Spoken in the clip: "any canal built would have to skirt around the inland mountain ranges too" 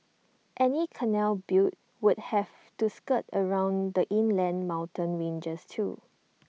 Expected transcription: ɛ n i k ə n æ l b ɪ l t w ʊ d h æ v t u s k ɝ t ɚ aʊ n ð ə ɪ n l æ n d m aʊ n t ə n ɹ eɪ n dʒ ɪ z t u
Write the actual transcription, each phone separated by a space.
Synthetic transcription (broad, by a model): ɛ n i k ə n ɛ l b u t w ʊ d h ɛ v t u s k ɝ t ɚ aʊ n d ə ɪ n l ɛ n m aʊ n t ə n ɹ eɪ n dʒ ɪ s t u